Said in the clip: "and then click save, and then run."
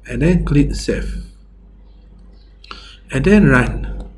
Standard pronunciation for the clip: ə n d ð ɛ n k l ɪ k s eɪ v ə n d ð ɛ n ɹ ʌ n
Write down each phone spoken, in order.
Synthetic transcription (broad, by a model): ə n d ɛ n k l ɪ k s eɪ f ə n d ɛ n ɹ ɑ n